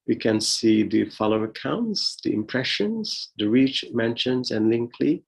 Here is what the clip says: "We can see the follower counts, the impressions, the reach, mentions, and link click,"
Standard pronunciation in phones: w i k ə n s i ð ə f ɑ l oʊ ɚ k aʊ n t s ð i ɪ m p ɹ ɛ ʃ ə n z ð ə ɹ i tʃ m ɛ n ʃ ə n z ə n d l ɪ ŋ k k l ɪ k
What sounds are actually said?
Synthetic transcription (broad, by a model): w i k ə n s i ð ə f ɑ l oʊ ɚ k aʊ n t s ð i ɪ m p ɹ ɛ ʃ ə n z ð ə ɹ i tʃ m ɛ n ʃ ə n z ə n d l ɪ ŋ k k l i